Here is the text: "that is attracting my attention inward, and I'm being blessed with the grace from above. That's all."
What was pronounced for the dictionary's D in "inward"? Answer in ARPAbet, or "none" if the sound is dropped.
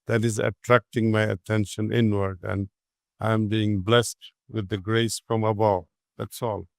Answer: D